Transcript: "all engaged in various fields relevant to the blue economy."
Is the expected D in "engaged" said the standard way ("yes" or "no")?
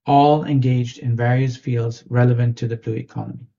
yes